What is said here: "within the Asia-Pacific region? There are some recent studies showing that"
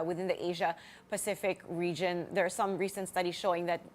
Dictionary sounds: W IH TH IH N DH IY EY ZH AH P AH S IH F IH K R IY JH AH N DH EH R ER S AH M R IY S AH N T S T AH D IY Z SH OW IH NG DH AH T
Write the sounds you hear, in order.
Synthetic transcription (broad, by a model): W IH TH IH N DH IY EY ZH AH P AH S IH F IH K R IY JH AH N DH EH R S AH M R IY S AH N T S T AH D IY Z SH OW IH NG DH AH T